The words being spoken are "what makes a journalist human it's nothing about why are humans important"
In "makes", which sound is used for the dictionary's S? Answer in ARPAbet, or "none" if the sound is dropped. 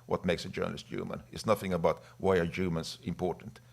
S